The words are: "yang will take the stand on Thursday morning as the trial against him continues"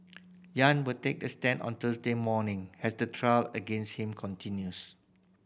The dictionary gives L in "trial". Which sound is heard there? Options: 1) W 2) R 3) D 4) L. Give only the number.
4